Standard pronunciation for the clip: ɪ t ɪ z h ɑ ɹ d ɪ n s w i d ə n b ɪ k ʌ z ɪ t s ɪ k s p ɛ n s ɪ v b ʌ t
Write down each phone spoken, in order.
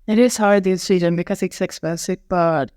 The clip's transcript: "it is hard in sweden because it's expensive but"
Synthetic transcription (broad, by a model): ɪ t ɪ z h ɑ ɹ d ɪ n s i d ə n b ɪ k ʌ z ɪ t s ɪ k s b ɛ s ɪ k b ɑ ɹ